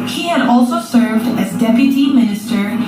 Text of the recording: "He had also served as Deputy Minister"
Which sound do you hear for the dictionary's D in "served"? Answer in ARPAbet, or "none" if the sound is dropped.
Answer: D